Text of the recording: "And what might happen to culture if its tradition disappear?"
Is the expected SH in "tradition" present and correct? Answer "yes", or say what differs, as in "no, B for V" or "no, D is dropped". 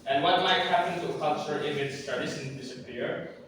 no, S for SH